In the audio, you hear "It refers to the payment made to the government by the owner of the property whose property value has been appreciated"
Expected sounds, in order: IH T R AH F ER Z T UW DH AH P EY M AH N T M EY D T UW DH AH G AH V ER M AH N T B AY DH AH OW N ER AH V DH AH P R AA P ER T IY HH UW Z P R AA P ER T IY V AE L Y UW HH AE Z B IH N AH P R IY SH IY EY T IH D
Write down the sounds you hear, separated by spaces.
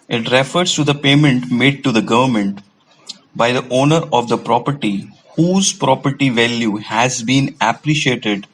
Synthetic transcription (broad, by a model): IH T R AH F ER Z T UW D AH P EY M AH N T M EY D T UW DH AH G AH V ER M AH N T B AY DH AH OW N ER AH V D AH P R AA P ER T IY HH UW Z P R AA P ER T IY V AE L Y UW HH AE Z B IH N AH P R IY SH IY EY T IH D